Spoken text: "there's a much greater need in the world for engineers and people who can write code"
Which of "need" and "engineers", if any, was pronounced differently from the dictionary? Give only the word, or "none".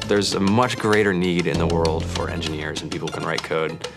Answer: none